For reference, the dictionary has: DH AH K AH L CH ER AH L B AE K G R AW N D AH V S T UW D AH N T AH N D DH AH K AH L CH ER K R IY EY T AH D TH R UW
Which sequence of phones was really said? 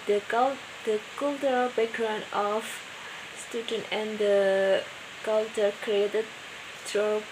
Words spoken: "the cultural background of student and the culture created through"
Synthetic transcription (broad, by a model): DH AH K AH L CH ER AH L B AE K G R AW N D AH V S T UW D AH N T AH N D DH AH K AH L CH ER K R IY EY T AH D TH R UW